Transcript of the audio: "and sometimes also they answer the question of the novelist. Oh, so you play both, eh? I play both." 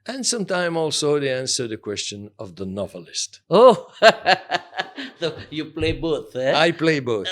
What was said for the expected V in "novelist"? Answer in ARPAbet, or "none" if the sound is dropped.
V